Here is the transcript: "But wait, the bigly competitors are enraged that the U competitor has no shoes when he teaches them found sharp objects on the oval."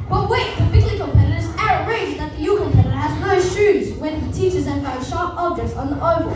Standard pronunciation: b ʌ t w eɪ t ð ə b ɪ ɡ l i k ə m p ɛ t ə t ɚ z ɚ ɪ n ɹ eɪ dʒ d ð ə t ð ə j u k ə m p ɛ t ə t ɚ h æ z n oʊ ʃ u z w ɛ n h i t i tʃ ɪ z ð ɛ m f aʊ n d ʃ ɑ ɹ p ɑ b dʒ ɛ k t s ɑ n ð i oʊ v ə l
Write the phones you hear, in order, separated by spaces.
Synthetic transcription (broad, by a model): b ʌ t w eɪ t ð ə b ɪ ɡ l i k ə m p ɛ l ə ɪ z ɚ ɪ ɹ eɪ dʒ ð ə t ð ə j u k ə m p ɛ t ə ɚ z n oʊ ʃ u z w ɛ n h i t i tʃ ɪ z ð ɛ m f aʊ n ʃ ɑ ɹ p ɑ b dʒ ɛ k t s n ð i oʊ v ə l